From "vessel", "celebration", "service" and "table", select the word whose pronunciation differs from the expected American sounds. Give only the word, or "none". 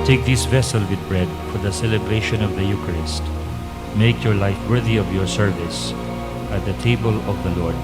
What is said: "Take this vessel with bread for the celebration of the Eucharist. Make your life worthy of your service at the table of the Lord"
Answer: none